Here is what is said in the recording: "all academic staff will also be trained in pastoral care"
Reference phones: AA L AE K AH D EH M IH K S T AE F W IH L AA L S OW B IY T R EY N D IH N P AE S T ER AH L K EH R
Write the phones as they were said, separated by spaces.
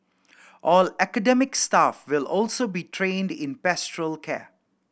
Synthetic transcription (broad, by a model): AA L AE K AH D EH M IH K S T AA F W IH L AA L S OW B IY T R EY N D IH N P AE S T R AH L K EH